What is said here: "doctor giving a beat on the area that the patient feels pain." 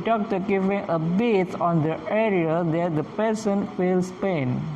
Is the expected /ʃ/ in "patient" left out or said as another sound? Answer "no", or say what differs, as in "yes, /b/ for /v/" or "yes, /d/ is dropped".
yes, /s/ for /ʃ/